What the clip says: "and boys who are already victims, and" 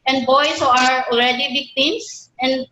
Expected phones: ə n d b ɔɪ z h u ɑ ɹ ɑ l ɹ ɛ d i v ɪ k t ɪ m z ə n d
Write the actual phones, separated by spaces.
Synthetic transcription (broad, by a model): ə n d b ɔɪ s h u ɑ ɹ ɑ l ɹ ɛ d i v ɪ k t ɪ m s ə n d